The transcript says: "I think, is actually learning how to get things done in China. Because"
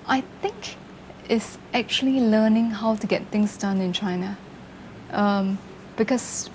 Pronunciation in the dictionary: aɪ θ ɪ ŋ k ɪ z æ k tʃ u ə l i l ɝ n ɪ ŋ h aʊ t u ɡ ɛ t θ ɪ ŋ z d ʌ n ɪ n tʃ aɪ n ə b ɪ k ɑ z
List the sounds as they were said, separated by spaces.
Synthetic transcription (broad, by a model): aɪ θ ɪ ŋ k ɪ s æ k tʃ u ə l i l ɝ n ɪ ŋ h aʊ t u ɡ ɛ t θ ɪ ŋ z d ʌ n ɪ n tʃ aɪ n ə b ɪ k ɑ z